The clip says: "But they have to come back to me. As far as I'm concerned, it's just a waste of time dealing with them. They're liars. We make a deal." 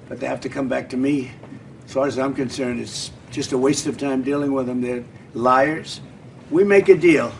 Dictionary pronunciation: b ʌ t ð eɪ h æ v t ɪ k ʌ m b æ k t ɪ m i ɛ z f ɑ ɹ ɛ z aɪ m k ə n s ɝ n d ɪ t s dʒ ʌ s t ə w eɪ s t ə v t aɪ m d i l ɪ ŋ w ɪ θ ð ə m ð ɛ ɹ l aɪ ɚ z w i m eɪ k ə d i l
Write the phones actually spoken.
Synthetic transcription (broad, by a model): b ʌ t ð eɪ h æ f t ɪ k ʌ m b æ k t ɪ m i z f ɑ ɹ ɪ z aɪ m k ə n s ɝ n d ɪ t s dʒ ʌ s t ə w eɪ s t ə v t aɪ m d i l ɪ ŋ w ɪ ð ə m ð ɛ ɹ l aɪ ɚ z w i m eɪ k ə d i l